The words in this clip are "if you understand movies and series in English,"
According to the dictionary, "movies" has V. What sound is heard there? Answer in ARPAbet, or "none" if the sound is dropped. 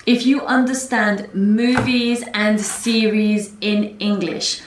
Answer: V